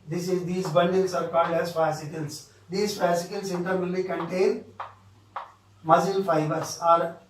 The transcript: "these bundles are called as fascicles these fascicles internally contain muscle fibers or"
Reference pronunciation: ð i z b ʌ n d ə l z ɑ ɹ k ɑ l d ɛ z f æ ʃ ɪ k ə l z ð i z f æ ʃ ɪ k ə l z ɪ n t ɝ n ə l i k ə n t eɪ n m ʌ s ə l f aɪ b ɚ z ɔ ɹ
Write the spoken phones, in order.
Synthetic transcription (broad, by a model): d i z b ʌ n d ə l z ɑ ɹ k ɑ d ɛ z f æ s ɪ k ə l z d i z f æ s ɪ k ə l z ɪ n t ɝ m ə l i k ə n t eɪ n m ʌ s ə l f aɪ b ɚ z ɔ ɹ